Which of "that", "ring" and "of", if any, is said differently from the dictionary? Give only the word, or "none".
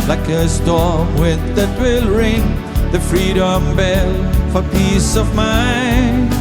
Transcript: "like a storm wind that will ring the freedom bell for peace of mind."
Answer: none